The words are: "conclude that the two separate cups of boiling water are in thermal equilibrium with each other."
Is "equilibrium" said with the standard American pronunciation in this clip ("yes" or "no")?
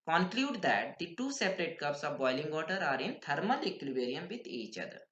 no